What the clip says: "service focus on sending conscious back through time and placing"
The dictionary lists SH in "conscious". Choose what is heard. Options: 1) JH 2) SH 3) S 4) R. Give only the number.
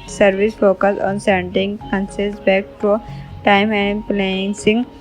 3